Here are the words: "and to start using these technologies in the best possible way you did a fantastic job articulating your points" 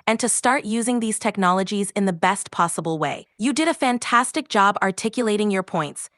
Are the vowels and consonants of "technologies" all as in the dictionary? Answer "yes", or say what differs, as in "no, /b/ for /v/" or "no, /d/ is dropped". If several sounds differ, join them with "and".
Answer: yes